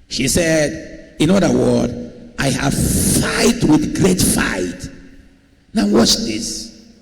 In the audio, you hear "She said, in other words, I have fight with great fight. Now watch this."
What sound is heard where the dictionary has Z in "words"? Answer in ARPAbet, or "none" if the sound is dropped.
none